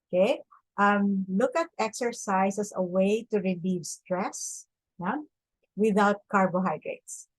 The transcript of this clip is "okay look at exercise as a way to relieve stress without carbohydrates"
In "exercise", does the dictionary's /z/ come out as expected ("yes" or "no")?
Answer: no